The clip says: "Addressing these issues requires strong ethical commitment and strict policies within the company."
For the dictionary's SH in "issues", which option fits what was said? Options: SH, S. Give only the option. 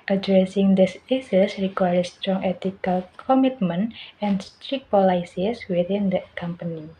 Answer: S